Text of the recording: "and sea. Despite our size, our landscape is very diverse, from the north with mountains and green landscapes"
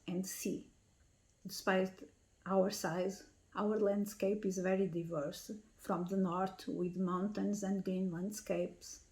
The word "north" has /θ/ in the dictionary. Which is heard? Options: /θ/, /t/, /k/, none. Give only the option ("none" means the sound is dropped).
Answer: /t/